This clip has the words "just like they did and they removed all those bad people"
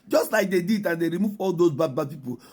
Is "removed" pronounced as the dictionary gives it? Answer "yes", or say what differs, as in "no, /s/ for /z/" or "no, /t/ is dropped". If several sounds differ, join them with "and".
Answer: no, /d/ is dropped